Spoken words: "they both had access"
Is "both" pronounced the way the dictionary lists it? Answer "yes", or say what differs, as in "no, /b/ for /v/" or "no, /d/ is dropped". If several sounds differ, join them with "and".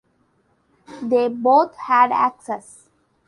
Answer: no, /t/ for /θ/